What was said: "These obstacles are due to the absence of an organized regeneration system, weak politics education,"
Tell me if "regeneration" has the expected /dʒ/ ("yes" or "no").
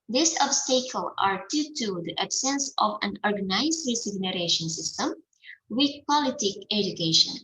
no